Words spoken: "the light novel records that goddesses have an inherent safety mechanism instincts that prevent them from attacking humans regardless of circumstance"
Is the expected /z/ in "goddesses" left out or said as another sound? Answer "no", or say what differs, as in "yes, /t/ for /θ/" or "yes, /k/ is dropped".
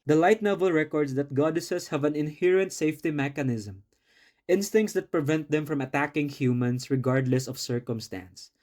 yes, /s/ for /z/